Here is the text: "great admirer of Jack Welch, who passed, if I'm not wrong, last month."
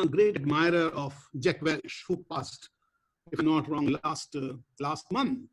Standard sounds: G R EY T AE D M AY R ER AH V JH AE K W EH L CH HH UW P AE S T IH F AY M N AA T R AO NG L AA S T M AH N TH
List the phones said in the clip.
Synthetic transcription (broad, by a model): G R EY T AE D M AY R ER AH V JH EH K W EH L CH HH UW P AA S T IH F N AA T R AO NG L AA S T M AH N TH